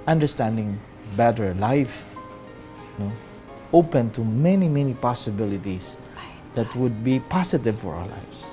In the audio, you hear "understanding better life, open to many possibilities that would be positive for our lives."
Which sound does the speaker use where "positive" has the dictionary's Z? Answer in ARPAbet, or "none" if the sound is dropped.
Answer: S